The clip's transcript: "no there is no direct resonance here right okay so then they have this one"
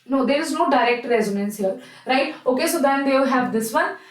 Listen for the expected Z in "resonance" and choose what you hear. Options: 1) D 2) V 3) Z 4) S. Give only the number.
3